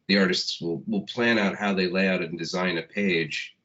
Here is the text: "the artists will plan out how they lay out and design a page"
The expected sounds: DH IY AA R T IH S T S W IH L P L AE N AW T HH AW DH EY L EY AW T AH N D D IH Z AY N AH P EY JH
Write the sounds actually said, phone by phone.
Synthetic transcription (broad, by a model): DH IY AA R T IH S T S W IH L P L AE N AW T HH AW DH EY L EY AW T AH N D D IH Z AY N AH P EY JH